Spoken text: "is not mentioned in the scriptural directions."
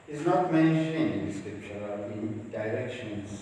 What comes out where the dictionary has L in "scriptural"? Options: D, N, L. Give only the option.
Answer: N